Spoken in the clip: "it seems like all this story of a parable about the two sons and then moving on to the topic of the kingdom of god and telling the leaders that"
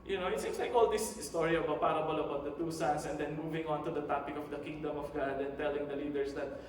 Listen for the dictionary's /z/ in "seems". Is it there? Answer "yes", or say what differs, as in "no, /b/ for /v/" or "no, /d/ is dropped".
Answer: no, /s/ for /z/